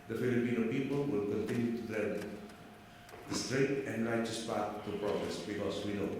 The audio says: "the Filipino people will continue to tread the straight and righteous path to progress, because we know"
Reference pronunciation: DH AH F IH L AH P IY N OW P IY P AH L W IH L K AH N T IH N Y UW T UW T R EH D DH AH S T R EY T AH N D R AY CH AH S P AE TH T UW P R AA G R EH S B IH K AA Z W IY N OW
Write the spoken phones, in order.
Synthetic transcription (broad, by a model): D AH F IH L AH P IY N OW P IY P AH L W IH L K AH N T IH N Y UW T UW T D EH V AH S T R EY T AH N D R AY CH AH S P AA T T UW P R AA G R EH S B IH K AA S W IY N OW